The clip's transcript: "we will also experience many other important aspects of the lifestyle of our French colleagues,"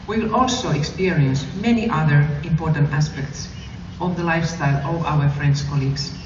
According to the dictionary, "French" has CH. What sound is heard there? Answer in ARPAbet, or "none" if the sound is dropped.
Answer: S